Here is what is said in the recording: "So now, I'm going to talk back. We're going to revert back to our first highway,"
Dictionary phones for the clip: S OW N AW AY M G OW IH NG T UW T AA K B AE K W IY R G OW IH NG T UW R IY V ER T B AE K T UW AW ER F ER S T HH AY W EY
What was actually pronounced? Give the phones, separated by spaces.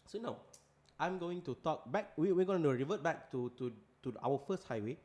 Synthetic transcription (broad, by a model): S OW N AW AY M G OW IH NG T UW T AA K B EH K W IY W G OW IH NG T UW R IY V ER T B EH K T UW AW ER F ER S T HH AY W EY